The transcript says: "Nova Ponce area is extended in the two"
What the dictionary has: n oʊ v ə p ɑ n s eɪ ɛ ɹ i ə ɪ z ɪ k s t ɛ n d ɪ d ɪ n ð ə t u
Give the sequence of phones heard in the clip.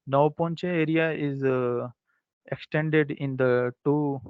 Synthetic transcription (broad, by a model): n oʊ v p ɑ n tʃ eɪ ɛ ɹ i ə ɪ z ɪ k s t ɛ n d ɪ d ɪ n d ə t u